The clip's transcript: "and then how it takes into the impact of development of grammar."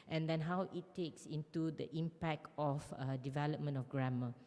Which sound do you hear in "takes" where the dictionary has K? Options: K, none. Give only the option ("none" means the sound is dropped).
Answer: K